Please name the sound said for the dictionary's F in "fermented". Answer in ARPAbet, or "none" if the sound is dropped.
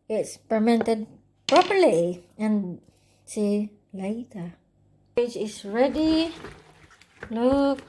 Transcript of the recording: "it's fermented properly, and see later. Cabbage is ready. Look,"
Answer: P